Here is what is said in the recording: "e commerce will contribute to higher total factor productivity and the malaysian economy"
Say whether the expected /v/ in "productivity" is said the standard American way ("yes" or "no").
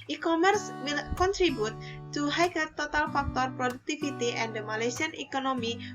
no